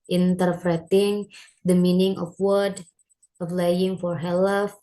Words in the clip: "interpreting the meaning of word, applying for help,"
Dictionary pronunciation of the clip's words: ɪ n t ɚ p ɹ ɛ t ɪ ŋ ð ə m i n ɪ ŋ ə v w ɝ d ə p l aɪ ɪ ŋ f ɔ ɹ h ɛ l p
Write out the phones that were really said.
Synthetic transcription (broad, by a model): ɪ n t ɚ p ɹ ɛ t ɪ ŋ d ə m i n ɪ ŋ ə f w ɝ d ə f l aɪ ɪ ŋ f ɔ ɹ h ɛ l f